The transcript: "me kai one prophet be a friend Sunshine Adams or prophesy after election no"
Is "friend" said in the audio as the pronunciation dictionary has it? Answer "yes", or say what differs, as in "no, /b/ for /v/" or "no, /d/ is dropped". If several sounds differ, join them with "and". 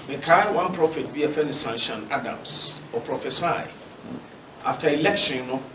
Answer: no, /ɹ/ is dropped